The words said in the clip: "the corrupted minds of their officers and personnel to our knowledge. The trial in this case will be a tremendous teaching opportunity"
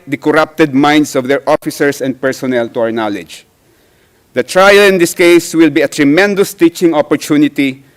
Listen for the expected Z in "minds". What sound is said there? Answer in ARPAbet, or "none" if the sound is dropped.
S